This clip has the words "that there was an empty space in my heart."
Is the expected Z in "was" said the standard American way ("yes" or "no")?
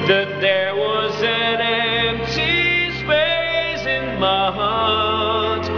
yes